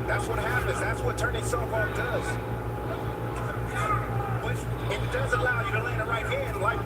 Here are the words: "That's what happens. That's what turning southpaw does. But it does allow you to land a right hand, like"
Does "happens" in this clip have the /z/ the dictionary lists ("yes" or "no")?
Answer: yes